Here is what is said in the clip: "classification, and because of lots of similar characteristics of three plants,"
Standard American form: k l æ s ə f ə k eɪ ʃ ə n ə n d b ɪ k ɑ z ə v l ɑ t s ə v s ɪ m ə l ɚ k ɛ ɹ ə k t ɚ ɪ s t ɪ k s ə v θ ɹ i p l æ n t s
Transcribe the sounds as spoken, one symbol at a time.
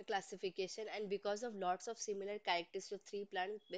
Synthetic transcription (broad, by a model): k l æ s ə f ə k eɪ ʃ ə n ə n d b ɪ k ɑ z ə v l ɑ t s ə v s ɪ m ə l ɚ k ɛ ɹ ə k t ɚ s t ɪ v t ɹ i p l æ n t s